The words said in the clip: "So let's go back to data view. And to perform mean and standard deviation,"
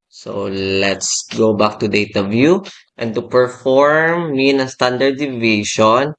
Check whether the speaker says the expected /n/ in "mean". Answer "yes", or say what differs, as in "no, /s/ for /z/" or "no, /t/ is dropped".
no, /n/ is dropped